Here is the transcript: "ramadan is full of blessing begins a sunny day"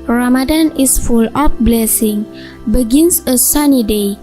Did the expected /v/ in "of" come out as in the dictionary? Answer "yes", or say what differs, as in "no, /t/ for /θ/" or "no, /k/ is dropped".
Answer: no, /p/ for /v/